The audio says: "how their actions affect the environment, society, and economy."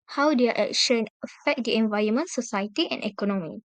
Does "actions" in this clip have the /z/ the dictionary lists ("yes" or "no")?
no